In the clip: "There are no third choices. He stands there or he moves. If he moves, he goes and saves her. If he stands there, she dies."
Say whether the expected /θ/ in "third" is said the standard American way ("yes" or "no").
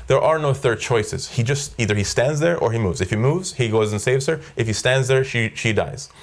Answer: yes